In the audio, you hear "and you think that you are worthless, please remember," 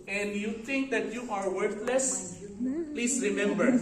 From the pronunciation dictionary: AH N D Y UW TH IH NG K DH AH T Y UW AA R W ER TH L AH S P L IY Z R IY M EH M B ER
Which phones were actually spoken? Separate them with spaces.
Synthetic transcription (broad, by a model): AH N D Y UW T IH NG K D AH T Y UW AA R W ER T L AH S P L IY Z R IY M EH M B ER